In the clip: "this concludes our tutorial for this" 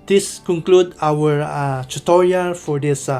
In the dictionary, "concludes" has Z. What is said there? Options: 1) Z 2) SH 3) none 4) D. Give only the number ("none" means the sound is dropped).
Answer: 3